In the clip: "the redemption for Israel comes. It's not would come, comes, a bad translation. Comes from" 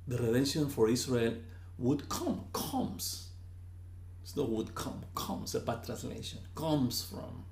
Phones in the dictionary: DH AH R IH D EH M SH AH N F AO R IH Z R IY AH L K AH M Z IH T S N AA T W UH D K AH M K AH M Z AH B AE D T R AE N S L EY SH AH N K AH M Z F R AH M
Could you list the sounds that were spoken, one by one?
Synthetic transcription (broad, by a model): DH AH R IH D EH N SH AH N F AO R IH S R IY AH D K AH M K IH S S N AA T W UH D K AH M K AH M S AH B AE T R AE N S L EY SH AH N K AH M S F R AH M